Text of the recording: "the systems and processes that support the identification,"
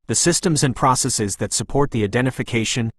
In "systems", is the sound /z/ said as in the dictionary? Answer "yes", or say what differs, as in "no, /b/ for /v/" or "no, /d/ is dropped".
yes